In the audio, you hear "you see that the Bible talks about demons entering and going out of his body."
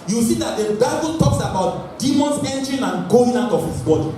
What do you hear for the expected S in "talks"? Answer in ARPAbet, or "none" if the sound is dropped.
S